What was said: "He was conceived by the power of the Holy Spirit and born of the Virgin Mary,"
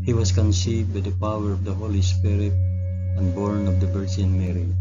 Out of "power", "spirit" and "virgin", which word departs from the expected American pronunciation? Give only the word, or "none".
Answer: virgin